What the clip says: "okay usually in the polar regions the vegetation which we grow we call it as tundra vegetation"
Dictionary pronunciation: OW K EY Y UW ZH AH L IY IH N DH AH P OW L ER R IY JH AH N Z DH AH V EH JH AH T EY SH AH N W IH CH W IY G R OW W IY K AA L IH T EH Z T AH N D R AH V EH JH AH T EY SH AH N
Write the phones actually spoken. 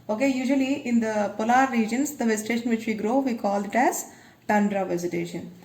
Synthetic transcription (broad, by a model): OW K EY Y UW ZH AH L IY IH N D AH P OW L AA R IY JH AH N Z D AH V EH Z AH T EY SH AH N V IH CH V IY G R OW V IY K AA L IH T EH Z T AH N D R AH V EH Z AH T EY SH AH N